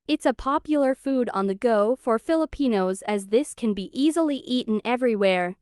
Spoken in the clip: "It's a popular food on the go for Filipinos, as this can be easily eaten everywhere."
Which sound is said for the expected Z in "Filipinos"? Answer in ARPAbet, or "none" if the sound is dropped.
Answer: Z